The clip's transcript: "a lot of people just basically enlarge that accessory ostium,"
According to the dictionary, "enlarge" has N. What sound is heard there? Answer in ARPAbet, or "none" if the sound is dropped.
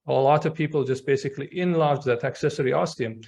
N